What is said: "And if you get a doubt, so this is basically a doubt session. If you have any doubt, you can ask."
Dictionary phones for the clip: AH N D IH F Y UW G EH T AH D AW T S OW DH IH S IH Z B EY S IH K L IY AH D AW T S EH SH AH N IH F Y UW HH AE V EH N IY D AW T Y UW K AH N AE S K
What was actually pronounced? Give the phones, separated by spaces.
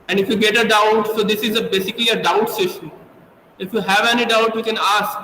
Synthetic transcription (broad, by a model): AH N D IH F Y UW G EH T AH D AW T S OW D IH S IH Z B EY S IH K L IY AH D AW T S EH SH AH N IH F Y UW HH AE V EH N IY D AW T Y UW K AH N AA S K